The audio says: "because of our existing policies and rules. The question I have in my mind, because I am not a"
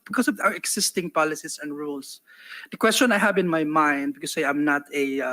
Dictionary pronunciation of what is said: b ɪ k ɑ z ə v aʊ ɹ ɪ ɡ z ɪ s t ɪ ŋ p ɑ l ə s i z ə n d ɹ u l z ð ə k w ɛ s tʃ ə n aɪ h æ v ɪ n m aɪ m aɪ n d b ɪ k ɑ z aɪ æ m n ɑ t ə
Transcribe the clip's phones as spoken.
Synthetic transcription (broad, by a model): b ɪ k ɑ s ə v aʊ ɹ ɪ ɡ s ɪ s t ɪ ŋ p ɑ l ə s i s ə n d ɹ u l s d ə k w ɛ s tʃ ə n aɪ h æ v ɪ n m aɪ m aɪ n d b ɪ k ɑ s aɪ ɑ m n ɑ t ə